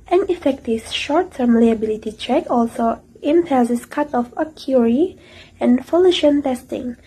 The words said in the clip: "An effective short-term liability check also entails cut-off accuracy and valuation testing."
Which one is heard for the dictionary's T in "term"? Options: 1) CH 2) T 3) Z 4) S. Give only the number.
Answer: 2